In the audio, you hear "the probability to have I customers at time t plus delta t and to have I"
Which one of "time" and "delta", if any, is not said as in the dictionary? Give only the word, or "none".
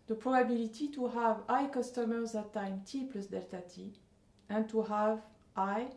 none